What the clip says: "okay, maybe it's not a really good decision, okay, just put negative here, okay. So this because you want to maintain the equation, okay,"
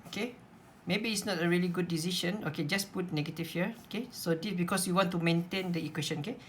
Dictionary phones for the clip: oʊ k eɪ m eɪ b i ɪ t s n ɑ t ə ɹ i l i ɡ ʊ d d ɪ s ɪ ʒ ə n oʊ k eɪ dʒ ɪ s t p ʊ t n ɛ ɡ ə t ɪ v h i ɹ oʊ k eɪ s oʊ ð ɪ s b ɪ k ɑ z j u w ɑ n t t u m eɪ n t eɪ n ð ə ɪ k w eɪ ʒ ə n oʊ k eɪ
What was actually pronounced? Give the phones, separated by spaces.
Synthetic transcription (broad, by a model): oʊ k eɪ m eɪ b i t s n ɑ t ə ɹ i l i ɡ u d d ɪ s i ʃ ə n oʊ k eɪ dʒ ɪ s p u t n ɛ ɡ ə t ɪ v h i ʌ oʊ k eɪ s oʊ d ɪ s b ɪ k ɑ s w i w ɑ n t t u m eɪ n t eɪ n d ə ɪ k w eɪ ʃ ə n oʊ k eɪ